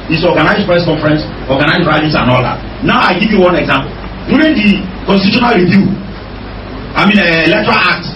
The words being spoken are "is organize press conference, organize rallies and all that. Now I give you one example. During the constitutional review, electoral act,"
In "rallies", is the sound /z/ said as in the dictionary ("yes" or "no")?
no